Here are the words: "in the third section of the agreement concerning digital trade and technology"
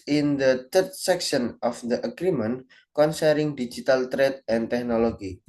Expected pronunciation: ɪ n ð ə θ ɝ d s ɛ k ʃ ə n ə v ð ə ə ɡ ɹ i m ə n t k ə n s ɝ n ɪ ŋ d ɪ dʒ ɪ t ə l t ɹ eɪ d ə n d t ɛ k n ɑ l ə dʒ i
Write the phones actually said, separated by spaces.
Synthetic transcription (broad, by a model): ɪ n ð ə t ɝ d s ɛ k ʃ ə n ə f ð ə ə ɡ ɹ i m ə n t k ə n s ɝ ɪ ŋ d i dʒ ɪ t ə l t ɹ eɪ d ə n t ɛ k n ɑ l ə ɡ i